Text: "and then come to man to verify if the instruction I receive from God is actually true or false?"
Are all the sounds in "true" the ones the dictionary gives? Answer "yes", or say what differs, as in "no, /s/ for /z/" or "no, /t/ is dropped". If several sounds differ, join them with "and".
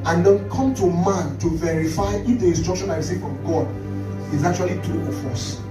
no, /ɹ/ is dropped